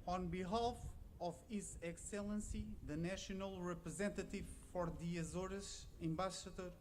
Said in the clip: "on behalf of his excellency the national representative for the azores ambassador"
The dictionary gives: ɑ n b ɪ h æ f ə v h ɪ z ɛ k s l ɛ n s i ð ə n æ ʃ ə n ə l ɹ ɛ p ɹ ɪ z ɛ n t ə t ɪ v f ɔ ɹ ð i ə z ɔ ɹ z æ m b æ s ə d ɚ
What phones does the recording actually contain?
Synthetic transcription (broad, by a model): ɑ n b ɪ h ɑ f ə v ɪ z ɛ k s l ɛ n s i ð ə n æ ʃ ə n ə l ɹ ɛ p ɹ ɪ z ɛ n t ə t ɪ v f ɔ ɹ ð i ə z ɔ ɹ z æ m b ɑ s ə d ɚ